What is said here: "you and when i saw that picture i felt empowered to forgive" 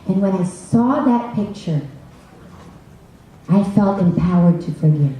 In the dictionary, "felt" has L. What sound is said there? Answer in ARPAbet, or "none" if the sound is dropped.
L